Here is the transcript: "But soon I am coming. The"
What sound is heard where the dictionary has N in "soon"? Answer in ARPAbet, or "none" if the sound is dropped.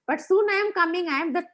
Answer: N